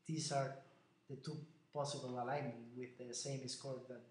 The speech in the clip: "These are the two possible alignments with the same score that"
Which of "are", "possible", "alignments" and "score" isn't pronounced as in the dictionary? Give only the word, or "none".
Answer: alignments